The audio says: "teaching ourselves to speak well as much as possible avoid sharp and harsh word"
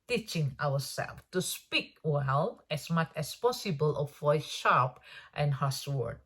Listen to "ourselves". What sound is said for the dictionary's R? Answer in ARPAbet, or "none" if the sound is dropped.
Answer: W